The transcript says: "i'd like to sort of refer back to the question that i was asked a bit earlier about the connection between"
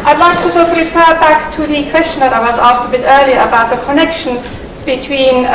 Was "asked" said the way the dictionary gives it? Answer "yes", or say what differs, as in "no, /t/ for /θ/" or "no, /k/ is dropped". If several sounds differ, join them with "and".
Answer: yes